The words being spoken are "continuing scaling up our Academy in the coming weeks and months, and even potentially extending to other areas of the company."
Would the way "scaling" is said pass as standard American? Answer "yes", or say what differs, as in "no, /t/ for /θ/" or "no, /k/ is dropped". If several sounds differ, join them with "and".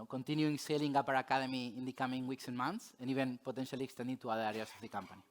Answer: no, /k/ is dropped